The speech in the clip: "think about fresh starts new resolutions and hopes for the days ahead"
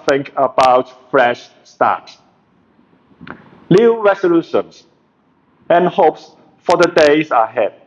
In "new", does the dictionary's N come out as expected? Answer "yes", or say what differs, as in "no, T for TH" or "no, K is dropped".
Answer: no, L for N